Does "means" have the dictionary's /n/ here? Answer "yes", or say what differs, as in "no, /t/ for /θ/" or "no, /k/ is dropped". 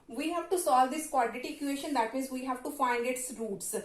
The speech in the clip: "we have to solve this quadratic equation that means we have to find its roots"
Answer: no, /n/ is dropped